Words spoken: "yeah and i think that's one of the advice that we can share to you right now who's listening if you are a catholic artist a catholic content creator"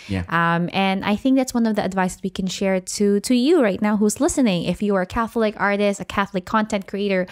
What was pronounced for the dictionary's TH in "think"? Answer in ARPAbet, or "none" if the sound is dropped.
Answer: TH